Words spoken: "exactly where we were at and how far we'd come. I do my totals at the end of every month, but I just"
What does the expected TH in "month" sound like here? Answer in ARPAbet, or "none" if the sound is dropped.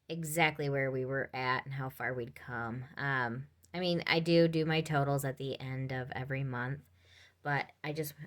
TH